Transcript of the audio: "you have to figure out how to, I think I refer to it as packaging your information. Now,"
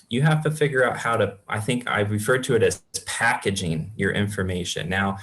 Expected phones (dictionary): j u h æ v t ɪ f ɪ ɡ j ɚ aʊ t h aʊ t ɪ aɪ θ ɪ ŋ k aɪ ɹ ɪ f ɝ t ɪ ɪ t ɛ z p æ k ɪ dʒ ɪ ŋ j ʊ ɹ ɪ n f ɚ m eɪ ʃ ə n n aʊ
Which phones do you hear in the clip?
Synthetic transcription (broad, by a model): j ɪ h æ f t ɪ f ɪ ɡ j ɚ aʊ t h aʊ t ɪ aɪ θ ɪ ŋ k aɪ ɹ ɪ f ɝ t ɪ ɪ t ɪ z p æ k ɪ dʒ ɪ ŋ j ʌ ɹ ɪ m f ɚ m eɪ ʃ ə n n aʊ